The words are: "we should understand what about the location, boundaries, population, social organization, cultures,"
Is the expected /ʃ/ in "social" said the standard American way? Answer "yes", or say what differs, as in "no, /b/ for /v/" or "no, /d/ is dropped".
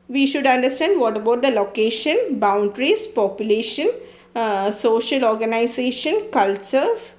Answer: yes